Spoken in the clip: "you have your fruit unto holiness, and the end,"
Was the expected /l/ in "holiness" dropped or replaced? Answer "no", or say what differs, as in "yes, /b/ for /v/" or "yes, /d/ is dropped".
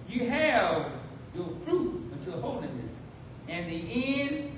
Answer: yes, /n/ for /l/